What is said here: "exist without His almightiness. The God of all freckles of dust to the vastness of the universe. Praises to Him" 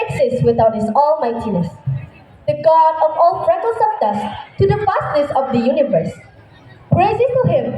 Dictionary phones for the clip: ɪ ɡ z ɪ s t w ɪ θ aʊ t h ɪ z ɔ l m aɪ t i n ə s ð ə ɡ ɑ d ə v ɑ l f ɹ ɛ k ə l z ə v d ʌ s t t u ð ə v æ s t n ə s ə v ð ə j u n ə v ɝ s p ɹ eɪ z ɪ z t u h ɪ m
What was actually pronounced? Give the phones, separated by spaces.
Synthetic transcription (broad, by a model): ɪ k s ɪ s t w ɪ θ aʊ t h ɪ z ɔ l m aɪ t i n ə s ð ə ɡ ɑ d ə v ɑ l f ɹ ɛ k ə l s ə p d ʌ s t t u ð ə f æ s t n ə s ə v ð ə j u n ə v ɝ s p ɹ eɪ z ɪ t u h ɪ m